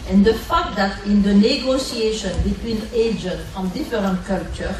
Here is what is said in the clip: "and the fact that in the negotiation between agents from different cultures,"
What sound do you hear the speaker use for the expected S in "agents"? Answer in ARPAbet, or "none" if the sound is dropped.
none